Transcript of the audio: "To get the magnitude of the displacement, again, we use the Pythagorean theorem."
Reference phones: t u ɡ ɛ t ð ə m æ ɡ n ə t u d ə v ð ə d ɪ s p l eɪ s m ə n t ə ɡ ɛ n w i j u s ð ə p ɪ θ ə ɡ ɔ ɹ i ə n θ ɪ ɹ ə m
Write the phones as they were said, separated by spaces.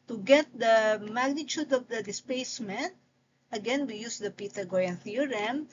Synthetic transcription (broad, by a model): t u ɡ ɛ t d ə m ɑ ɡ n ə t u d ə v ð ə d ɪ s p eɪ s m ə n t ə ɡ ɛ n w i j u s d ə p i t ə ɡ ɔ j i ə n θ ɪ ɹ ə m